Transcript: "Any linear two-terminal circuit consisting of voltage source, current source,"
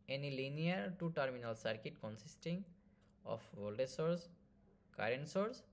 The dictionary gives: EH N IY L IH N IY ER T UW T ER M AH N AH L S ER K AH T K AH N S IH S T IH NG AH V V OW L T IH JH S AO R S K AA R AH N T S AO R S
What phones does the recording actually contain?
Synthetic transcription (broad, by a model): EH N IY L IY N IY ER T UW T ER M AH N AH L S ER K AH T K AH N S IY S T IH NG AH F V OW L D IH S AO R S K AA R AH N T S AO R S